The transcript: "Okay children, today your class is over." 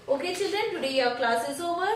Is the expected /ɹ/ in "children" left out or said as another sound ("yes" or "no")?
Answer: yes